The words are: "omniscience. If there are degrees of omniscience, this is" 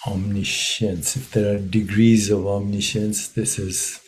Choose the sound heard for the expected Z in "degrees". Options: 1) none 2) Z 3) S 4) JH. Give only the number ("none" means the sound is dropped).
2